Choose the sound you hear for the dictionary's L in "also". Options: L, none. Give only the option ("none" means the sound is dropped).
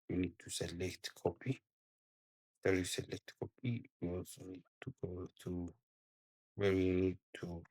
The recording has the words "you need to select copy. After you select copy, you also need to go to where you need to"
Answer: none